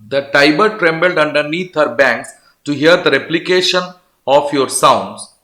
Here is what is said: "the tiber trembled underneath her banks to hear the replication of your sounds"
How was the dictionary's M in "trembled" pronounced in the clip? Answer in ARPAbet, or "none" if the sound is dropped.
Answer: M